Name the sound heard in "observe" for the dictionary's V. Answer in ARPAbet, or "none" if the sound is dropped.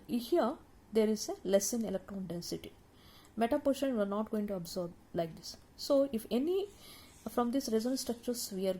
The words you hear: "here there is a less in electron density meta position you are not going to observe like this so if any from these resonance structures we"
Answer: B